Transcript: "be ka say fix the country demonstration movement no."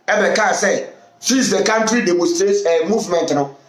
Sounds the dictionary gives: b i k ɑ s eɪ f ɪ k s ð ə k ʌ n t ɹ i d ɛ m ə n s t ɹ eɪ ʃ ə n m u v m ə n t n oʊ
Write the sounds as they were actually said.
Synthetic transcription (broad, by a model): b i k ɑ s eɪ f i s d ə k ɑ n t ɹ i d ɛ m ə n s t ɹ eɪ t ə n m u v m ə n t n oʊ